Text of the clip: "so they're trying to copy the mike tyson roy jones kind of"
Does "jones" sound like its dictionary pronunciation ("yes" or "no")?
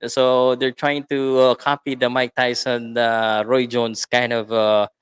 no